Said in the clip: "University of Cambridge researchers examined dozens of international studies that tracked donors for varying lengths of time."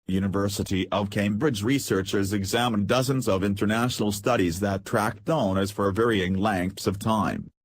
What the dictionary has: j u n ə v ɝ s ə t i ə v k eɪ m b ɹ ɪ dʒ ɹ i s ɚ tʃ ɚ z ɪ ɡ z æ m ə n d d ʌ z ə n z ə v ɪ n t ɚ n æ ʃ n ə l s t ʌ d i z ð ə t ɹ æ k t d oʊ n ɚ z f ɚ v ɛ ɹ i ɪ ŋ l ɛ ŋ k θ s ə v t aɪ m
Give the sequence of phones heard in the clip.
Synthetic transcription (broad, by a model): j u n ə v ɝ s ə t i ə v k eɪ m b ɹ ɪ dʒ ɹ i s ɚ tʃ ɚ z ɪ ɡ z æ m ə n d d ʌ z ə n z ə v ɪ n t ɚ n æ ʃ n l s t ʌ d i z ð ə t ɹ æ k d oʊ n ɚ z f ɚ v ɛ ɹ i ɪ ŋ l ɛ ŋ k θ s ə v t aɪ m